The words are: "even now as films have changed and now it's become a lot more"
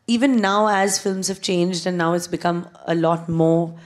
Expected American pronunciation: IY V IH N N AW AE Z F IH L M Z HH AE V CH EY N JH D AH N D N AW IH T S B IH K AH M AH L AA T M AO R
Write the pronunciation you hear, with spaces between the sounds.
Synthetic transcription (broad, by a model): IY V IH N N AW AE Z F IH L M Z HH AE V CH EY N JH D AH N N AW IH T S B IH K AH M AH L AA T M AO R